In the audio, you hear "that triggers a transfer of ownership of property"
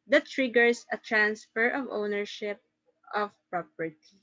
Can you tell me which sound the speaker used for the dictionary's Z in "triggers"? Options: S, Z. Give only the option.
S